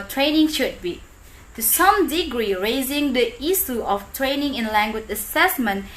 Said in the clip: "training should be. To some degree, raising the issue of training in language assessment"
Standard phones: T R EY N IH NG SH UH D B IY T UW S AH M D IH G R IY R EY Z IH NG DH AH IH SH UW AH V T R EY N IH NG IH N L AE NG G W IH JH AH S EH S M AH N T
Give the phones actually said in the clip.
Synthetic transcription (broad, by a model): T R EY N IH NG SH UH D B IY T UW S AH M D IH G R IY R EY Z IH NG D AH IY S UW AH F T R EY N IH NG IH N L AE NG G W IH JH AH S EH S M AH N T